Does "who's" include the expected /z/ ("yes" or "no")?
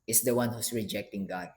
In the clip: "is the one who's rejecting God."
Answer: no